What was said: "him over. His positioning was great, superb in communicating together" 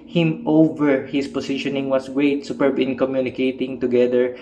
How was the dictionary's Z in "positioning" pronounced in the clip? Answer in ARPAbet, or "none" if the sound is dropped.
S